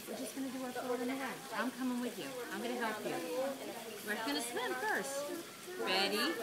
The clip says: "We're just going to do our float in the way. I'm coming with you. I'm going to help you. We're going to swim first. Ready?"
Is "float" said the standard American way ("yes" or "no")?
no